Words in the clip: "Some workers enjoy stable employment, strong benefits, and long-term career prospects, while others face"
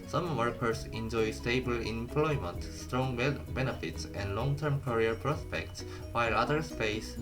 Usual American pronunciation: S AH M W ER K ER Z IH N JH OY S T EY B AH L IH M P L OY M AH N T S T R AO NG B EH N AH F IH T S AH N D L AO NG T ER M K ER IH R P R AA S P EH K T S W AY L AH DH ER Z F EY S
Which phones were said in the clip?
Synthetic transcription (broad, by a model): S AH M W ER K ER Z IH N JH OY S T EY B AH L IH M P L OY M AH N T S T R AO NG B EH N AH F IH T S AH N D L AO NG T ER M K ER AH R P R AA S P EH K T S W AY L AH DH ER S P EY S